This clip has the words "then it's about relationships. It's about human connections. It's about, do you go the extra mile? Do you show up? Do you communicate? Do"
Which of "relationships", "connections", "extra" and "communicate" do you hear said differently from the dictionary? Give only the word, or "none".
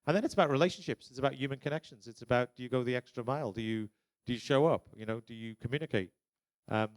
none